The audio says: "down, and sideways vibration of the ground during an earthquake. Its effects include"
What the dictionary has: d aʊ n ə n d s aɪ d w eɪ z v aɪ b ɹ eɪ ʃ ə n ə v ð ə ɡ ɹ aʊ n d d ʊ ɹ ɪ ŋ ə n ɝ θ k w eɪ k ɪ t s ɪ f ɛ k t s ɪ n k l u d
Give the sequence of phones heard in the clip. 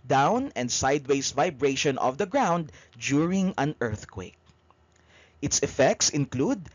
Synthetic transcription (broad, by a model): d aʊ n ə n d s aɪ d w eɪ s v aɪ b ɹ eɪ ʃ ə n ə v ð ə ɡ ɹ aʊ n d d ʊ ɹ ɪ ŋ ə n ɝ θ k w eɪ k ɪ t s ɪ f ɛ k t s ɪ n k l u d